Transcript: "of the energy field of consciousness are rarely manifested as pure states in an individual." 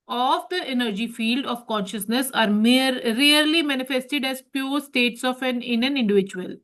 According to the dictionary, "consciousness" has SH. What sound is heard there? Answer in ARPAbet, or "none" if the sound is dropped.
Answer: SH